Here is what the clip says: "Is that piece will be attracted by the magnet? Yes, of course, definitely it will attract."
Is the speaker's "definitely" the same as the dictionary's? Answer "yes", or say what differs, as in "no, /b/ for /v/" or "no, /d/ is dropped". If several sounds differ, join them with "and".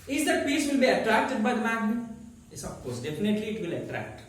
no, /p/ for /f/